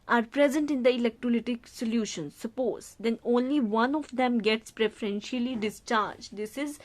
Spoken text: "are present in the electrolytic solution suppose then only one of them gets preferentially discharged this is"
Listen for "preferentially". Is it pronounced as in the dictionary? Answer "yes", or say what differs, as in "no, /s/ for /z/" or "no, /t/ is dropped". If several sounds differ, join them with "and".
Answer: yes